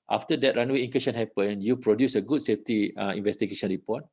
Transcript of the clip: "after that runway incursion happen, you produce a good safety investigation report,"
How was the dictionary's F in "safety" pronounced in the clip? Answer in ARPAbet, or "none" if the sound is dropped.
F